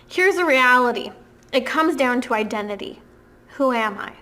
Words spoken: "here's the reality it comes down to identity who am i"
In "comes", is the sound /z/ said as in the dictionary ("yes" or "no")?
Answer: yes